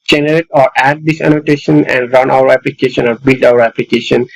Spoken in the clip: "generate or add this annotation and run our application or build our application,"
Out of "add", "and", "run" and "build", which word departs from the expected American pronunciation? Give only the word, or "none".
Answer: none